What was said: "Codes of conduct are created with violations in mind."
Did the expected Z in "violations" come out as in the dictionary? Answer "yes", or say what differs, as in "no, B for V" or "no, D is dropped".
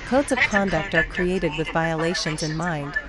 yes